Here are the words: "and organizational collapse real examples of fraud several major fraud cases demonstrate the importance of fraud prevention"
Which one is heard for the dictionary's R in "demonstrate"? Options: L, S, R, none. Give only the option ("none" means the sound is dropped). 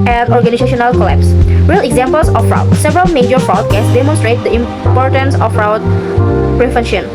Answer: R